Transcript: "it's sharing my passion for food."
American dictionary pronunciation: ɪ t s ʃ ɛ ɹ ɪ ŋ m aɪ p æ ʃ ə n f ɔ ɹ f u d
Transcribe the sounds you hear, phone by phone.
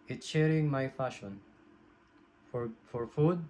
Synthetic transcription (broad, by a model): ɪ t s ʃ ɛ ɹ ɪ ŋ m aɪ f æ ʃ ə n f ɔ ɹ f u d